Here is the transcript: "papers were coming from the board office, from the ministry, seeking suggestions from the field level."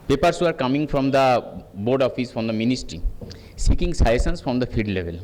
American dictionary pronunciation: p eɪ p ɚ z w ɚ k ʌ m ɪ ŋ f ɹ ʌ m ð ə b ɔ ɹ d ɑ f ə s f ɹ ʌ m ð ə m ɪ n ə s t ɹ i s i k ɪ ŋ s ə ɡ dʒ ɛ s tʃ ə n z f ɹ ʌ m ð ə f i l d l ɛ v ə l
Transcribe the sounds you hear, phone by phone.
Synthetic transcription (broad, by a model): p eɪ p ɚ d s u k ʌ m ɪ ŋ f ɹ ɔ m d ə b ɔ ɹ d ɑ f ə s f ɹ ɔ m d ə m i n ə s t ɹ i s i k ɪ ŋ s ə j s ə n s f ɹ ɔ m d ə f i d l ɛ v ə l